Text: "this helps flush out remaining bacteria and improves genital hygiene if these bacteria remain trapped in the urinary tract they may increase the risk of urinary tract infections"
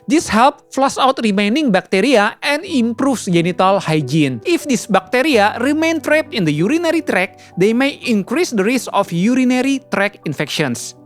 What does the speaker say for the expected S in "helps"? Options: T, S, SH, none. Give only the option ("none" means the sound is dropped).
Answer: none